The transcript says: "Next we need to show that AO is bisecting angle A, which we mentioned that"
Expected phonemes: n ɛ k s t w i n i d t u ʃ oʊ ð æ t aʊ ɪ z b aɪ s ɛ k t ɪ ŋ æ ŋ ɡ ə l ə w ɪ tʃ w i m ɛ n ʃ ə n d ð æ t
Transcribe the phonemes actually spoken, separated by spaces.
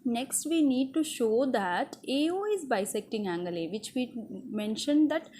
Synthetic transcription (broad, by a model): n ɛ k s t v i n i d t u ʃ oʊ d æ t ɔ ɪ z b aɪ s ɛ k t ɪ ŋ æ ŋ ɡ ə l ə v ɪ tʃ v i m ɛ n ʃ ə n d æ t